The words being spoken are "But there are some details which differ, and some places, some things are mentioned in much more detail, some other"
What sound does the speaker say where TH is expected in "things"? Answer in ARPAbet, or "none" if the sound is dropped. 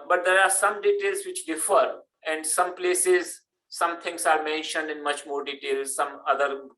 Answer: T